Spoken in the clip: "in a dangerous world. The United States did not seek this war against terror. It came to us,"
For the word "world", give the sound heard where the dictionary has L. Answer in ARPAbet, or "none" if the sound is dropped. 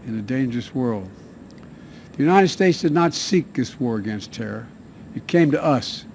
L